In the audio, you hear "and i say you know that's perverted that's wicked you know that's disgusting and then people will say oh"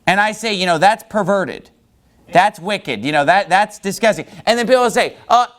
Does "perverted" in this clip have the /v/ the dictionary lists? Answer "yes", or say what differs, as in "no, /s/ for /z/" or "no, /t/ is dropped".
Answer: yes